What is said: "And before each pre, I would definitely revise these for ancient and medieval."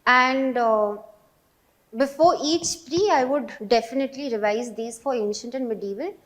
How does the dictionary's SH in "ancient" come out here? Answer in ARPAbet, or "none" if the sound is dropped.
SH